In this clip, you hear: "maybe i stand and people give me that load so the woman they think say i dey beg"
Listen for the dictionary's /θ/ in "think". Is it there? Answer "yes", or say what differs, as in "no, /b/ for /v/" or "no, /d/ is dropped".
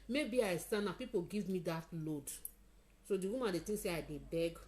no, /t/ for /θ/